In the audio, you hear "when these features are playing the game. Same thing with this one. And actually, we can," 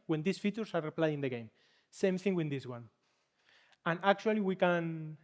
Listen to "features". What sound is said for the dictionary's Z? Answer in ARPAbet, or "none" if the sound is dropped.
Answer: S